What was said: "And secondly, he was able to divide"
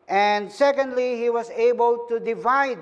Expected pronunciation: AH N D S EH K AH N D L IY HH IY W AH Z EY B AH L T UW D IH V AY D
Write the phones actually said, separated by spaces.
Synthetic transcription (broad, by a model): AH N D S EH K AH N D L IY HH IY W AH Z EY B AH L T UW D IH V AY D